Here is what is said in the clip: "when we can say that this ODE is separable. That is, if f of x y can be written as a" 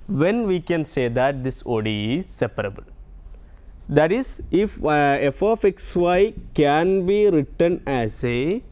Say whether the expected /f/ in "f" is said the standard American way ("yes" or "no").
yes